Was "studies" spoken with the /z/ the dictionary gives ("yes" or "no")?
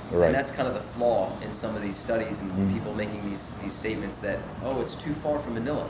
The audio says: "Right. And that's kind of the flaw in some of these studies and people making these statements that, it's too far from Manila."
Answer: yes